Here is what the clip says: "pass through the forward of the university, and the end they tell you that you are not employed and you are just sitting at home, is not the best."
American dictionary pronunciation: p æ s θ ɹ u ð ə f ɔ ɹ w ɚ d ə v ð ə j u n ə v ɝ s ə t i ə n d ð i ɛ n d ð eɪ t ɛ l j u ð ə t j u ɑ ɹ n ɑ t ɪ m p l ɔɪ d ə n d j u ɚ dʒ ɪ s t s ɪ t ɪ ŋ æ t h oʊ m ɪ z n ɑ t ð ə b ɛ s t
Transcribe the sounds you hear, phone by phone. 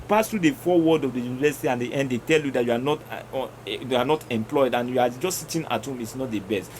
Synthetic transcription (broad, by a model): p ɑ s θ ɹ u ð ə f ɔ w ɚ d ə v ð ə j u n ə v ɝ s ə t i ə n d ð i ɛ n d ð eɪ t ɛ l j u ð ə t j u ɑ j n ɑ t ɪ m p l ɔɪ d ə n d j u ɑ dʒ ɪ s s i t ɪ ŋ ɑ t h oʊ m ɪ s n ɑ t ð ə b ɛ s t